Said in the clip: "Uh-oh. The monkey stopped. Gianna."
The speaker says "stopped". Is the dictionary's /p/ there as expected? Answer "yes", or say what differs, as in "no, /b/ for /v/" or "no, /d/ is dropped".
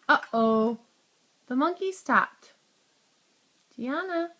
no, /p/ is dropped